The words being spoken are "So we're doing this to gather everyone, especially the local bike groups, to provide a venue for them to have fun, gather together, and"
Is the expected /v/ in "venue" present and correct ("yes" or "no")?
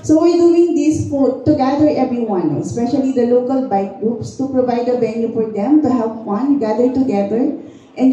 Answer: no